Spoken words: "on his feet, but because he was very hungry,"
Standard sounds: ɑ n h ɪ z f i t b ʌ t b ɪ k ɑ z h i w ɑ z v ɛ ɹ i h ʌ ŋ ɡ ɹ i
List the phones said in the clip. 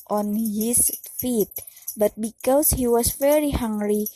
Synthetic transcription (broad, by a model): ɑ n h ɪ s f i t b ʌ t b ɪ k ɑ s h i w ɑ s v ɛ ɹ i h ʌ ŋ ɡ ɹ i